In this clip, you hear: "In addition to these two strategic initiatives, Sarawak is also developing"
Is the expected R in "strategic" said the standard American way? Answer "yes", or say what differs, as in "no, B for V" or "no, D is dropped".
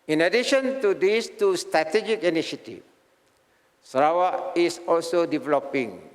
yes